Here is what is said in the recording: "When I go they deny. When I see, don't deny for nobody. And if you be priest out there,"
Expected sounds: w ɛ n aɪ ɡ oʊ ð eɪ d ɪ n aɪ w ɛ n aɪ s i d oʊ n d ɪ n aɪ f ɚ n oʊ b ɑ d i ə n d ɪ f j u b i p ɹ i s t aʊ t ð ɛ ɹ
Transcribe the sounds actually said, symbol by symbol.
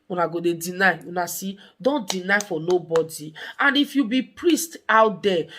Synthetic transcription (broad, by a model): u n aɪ ɡ oʊ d eɪ d ɪ n aɪ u n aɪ s i d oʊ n d ɪ n aɪ f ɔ n oʊ b ɑ d i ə n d ɪ f j u b i p ɹ i s t aʊ t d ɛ